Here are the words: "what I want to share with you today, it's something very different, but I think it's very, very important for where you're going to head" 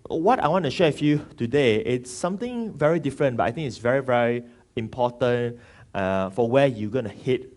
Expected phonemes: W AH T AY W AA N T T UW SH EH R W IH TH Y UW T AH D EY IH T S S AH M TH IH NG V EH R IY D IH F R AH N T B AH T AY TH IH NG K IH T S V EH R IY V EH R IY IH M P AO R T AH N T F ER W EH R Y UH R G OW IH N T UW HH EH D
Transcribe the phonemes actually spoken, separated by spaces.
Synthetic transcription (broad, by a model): W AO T AY W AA N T T UW SH EH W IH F Y UW T AH D EY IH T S S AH M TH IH NG V EH R IY D IH F R AH N T B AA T AY T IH NG IH T S V EH R IY V EH R IY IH M P AO T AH N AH F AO W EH Y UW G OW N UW HH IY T